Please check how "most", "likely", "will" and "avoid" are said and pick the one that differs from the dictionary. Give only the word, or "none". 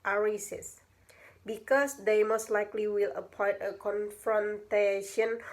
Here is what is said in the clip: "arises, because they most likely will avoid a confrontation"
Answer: avoid